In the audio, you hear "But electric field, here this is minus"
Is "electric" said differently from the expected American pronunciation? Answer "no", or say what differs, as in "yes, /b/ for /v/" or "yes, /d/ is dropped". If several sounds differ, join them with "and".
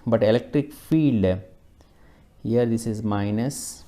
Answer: no